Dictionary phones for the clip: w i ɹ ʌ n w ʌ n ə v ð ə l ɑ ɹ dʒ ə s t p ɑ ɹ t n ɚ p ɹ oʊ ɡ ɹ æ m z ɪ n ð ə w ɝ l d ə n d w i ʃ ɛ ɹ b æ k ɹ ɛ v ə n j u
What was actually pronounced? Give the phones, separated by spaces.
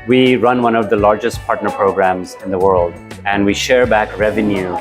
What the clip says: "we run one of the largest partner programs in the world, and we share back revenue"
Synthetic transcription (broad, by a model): w i ɹ ʌ n w ʌ n ə v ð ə l ɑ ɹ dʒ ə s t p ɑ ɹ t n ɚ p ɹ oʊ ɡ ɹ æ m z ɪ n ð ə w ɝ l d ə n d w i ʃ ɛ ɹ b æ k ɹ ɛ v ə n j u